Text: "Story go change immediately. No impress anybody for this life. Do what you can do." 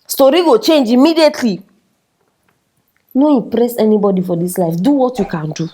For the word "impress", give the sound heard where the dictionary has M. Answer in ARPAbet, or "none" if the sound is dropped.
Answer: none